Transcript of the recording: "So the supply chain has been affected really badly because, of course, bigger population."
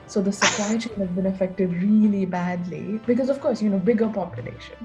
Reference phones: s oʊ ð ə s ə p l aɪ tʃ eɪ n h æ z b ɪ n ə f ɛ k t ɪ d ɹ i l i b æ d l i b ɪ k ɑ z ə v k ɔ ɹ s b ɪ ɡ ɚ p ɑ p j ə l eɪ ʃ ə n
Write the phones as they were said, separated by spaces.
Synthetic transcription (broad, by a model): s oʊ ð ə s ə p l aɪ tʃ eɪ n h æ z b ɪ n ə f ɛ k t ɪ d ɹ i l i b æ d l i b ɪ k ɑ z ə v k ɔ ɹ s b ɪ ɡ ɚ p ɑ p j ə l eɪ ʃ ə n